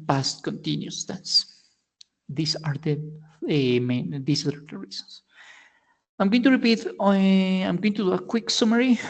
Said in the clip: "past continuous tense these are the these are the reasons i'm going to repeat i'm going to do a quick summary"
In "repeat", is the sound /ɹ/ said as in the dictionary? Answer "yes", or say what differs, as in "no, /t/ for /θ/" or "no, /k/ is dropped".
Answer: yes